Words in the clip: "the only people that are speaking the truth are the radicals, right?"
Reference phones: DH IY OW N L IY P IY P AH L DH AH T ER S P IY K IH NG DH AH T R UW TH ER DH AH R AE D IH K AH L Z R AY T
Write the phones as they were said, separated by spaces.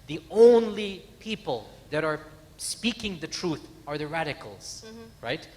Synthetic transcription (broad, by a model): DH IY OW N L IY P IY P AH L DH AH T ER S P IY K IH NG DH AH T R UW TH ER DH AH R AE D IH K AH L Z R AY T